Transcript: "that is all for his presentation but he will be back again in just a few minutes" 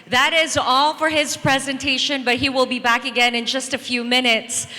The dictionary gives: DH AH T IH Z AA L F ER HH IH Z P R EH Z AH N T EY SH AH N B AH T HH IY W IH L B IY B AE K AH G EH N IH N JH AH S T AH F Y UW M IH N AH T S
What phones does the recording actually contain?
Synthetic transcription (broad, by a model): DH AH T IH Z AA L F ER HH IH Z P R EH Z AH N T EY SH AH N B AH T HH IY W IH L B IY B AE K AH G EH N IH N JH AH S T AH F Y UW M IH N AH T S